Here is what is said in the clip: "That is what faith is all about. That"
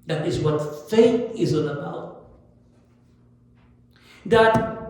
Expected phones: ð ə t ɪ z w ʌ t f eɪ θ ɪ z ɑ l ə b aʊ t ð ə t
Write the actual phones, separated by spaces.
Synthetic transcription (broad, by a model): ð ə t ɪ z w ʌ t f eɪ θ ɪ z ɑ n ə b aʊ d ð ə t